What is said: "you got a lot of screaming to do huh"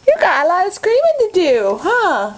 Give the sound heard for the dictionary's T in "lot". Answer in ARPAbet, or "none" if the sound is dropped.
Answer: none